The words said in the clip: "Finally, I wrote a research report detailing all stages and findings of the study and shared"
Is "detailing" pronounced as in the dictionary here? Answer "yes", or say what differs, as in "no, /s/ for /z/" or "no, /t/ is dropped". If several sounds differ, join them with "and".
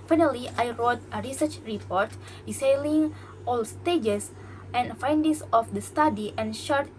no, /s/ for /t/